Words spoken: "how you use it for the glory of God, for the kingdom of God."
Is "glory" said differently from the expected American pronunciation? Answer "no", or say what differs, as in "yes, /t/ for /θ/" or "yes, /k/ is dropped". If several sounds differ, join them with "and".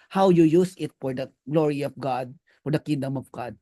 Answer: no